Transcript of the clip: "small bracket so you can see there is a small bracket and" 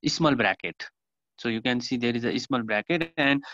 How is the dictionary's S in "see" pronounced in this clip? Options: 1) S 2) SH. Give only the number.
1